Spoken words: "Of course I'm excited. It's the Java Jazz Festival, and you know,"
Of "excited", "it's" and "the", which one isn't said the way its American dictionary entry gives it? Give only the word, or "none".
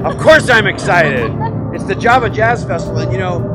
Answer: none